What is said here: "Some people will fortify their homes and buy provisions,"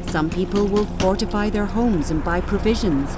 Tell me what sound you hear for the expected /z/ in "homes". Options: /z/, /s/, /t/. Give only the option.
/z/